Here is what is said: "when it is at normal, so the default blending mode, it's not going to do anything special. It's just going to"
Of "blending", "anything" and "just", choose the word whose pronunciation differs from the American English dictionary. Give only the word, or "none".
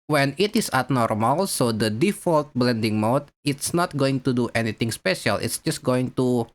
anything